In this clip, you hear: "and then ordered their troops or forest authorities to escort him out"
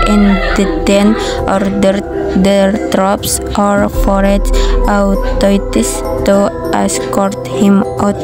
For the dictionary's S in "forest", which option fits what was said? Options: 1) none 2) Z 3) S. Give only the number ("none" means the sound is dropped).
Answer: 1